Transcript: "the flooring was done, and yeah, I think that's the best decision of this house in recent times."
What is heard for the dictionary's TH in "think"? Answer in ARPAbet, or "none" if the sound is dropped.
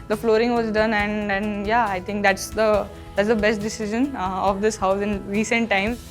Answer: T